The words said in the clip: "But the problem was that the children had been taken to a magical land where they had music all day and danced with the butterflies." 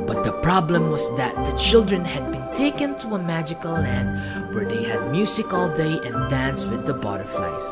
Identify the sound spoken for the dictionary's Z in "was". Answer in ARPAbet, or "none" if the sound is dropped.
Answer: S